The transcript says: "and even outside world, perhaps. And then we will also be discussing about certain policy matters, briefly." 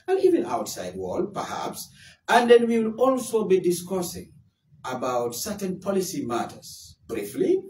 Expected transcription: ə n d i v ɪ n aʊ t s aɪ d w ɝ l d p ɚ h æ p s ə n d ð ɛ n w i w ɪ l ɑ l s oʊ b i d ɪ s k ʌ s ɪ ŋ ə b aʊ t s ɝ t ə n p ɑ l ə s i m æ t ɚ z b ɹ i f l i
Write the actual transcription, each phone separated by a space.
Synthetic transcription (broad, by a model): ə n i v ɪ n aʊ t s aɪ d w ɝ l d p ɚ h æ p s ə n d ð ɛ n w i w ɪ l ɑ l s oʊ b i d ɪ s k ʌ s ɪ ŋ ə b aʊ t s ɝ t ə n p ɑ l ə s i m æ t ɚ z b ɹ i f l i